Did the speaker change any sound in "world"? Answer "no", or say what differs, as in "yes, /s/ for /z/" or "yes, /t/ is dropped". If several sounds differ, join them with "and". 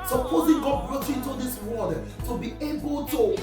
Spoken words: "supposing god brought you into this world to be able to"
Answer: yes, /l/ is dropped